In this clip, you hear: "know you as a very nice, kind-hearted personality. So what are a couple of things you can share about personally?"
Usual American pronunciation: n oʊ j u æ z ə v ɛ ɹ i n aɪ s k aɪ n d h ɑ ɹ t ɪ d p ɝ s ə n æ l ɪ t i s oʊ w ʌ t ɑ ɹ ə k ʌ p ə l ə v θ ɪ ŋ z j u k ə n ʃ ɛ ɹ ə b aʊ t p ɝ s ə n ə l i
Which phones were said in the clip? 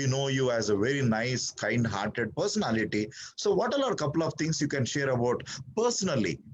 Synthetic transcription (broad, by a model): n oʊ j u æ z ə v ɛ ɹ i n aɪ s k aɪ n d h ɑ ɹ t ɪ d p ɝ s ə n æ l ɪ t i s oʊ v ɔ t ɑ l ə k ʌ p ə l ə v t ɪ ŋ s j u k ə n ʃ ɛ ɹ ə b aʊ t p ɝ s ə n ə l i